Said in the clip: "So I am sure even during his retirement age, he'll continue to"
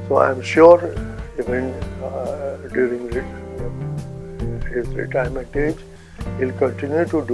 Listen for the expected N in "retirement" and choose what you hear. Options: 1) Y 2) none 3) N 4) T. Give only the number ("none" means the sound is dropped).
2